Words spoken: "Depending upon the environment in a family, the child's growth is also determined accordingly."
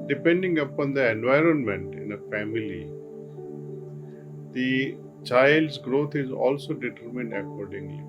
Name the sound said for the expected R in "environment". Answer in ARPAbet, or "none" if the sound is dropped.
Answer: R